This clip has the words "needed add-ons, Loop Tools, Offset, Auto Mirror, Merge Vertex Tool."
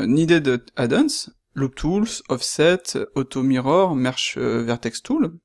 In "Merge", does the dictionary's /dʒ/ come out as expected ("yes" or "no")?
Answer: no